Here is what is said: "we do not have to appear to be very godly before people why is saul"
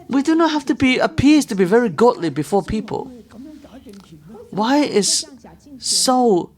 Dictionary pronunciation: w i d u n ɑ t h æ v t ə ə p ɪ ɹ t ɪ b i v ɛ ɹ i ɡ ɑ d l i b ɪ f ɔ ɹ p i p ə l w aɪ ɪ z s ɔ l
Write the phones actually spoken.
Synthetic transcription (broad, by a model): w i d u n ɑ t h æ f t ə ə p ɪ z t ɪ b i v ɛ ɹ i ɡ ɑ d l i b ɪ f ɔ ɹ p i p ə l w aɪ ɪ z s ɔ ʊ